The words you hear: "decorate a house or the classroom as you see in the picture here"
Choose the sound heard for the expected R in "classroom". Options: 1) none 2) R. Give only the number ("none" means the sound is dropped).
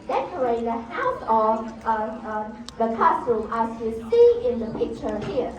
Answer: 1